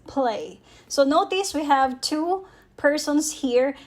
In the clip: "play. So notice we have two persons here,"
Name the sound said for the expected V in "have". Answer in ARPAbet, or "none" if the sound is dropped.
V